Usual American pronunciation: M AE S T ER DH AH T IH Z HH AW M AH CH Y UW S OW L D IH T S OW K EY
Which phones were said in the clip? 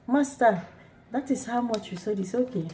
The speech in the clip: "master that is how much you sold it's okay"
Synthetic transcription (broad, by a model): M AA S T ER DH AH T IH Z HH AW M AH CH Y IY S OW D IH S OW K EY